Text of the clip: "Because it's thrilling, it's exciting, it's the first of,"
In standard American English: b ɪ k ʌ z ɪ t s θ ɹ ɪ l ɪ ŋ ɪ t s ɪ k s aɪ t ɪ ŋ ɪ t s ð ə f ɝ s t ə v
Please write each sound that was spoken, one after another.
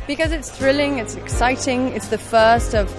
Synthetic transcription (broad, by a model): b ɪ k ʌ z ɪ t s θ ɹ ɪ l ɪ ŋ ɪ t s ɪ k s aɪ t ɪ ŋ ɪ t s ð ə f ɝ s t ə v